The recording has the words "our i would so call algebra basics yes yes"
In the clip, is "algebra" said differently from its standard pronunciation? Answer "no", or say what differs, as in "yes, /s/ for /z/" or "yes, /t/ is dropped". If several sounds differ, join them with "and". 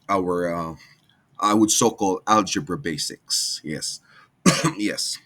no